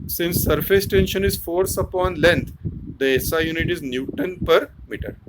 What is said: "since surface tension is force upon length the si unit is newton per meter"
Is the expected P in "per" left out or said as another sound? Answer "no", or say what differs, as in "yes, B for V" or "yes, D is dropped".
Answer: no